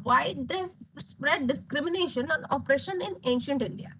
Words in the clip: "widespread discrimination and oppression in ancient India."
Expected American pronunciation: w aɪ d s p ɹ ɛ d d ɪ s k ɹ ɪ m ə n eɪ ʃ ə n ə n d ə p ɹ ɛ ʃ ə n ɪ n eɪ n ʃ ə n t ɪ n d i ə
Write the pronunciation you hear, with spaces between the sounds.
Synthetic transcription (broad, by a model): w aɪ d s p ɹ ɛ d d ɪ s k ɹ ɪ m ə n eɪ ʃ ə n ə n ə p ɹ ɛ ʃ ə n ɪ n eɪ n ʃ ə n t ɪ n d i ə